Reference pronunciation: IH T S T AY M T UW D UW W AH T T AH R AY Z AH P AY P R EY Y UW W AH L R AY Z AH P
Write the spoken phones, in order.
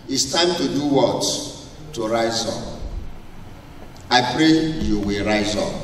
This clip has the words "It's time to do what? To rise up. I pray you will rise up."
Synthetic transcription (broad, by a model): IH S T AY M T UW D UW W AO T T AH R AY Z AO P AY P R EY Y UW W AH L R AY Z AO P